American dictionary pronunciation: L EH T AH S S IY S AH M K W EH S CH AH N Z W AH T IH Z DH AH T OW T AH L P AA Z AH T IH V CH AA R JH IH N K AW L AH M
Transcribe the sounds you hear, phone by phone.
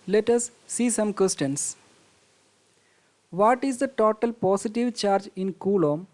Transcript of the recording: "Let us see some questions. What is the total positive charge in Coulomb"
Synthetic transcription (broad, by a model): L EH T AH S S IY S AH M K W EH S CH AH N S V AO T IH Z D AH T OW T AH L P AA S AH T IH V CH AA R JH IH N K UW L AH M